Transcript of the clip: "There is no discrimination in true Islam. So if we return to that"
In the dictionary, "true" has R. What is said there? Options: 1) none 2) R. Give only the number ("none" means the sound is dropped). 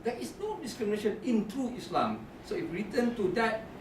1